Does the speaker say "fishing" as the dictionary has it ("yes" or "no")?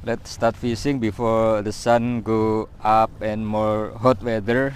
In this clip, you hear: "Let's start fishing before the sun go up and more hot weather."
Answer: no